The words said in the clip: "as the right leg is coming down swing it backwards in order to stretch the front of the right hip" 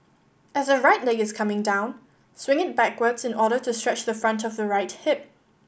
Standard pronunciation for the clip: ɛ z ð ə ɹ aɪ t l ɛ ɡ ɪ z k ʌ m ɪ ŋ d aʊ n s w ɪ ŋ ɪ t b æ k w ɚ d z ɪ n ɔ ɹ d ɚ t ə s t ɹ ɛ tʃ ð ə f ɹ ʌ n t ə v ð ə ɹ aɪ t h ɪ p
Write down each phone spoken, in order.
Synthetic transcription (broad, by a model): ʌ z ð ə ɹ aɪ t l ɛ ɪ ɪ z k ʌ m ɪ ŋ d aʊ n s w ɪ ŋ ɪ t b æ k w ɚ d z ɪ n ɔ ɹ d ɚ t ə s t ɹ ɛ tʃ ð ə f ɹ ʌ n t ə v ð ə ɹ aɪ t h ɪ p